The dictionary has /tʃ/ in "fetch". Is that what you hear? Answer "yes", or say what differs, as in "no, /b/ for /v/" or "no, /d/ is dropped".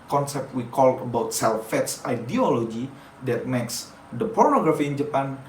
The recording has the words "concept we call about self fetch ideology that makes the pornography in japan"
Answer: no, /s/ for /tʃ/